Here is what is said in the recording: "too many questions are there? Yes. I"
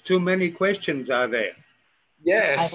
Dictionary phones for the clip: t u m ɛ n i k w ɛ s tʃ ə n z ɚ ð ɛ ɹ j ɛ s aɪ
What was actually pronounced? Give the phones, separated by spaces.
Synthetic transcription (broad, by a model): t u m ɛ n i k w ɛ s tʃ ə n z ɚ ð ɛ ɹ j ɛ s